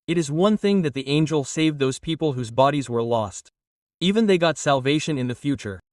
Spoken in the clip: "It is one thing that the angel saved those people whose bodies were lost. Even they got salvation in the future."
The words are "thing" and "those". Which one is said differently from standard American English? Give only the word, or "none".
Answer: none